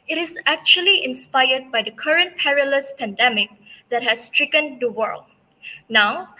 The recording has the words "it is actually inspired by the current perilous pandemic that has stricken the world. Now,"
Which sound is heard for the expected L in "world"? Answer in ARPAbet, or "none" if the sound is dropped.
L